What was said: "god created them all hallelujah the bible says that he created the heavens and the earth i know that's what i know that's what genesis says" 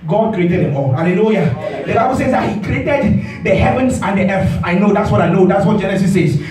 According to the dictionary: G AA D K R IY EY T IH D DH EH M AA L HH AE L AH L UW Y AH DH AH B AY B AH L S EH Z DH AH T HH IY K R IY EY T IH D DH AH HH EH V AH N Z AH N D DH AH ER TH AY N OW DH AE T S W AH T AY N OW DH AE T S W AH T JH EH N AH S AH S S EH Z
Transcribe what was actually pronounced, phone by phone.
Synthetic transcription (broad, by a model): G AA D K R IY EY T IH D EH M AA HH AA L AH L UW Y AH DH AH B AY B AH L S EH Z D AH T HH IY K R IY EY T IH D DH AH HH EH V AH N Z AH N D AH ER F AY N OW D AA T S W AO T AY N OW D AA T S W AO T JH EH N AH S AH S S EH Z